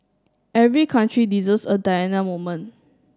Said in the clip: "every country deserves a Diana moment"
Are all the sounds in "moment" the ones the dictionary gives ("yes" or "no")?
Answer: no